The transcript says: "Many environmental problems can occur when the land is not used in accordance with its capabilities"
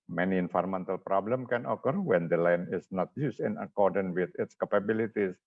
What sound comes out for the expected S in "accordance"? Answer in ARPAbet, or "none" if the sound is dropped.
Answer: none